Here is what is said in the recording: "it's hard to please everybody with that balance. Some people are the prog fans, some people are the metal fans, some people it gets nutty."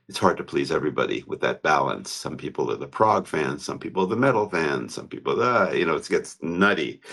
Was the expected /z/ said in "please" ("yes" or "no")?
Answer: yes